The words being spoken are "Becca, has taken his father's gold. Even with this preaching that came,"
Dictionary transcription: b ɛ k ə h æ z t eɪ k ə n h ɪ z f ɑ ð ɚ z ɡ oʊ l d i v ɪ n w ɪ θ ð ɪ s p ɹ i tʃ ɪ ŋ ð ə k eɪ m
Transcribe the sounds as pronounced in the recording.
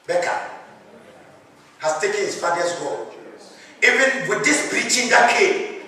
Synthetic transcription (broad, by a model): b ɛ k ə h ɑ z t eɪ k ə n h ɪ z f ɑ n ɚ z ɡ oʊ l i v ɪ n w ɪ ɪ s b ɹ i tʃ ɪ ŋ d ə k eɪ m